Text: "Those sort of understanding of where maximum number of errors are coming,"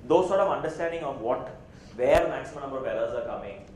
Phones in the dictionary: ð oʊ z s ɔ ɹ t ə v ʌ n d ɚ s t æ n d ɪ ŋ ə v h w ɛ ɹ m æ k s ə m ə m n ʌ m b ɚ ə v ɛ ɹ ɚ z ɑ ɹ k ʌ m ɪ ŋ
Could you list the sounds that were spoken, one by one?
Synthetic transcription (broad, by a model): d oʊ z s ɔ ɹ t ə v ʌ n d ɚ s t æ n d ɪ ŋ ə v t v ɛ ɹ m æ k s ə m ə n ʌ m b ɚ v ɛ l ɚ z ɑ ɹ k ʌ m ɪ ŋ